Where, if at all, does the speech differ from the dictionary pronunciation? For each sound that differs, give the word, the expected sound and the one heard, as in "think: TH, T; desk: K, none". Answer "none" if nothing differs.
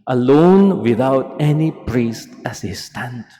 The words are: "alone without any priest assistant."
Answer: none